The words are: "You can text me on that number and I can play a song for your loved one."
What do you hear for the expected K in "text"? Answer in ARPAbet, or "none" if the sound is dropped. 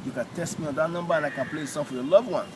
none